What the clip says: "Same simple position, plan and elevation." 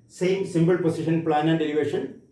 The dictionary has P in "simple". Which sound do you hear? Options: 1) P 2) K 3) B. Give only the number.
3